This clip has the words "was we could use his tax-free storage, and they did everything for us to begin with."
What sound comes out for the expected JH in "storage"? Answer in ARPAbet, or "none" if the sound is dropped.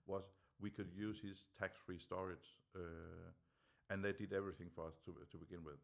Z